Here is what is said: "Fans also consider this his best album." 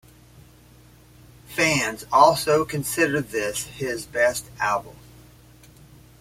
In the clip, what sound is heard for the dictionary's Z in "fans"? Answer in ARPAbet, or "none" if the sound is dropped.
Z